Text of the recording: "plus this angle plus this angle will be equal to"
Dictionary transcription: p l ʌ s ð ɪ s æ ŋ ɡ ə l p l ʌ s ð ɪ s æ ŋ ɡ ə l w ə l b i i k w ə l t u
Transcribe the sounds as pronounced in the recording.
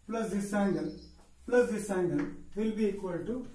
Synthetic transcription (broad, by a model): p l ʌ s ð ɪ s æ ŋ ɡ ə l p l ʌ s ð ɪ s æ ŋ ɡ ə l w ə l b i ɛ k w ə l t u